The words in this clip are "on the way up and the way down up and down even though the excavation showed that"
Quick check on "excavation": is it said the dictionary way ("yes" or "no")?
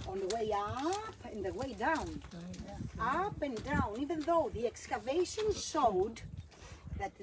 yes